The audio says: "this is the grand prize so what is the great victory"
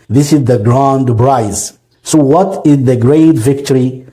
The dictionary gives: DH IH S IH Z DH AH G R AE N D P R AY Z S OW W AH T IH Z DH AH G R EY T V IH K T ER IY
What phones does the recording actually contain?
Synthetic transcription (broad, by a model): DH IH S IH Z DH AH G R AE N D B R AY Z S OW W AH T IH Z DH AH G R EY T V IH K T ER IY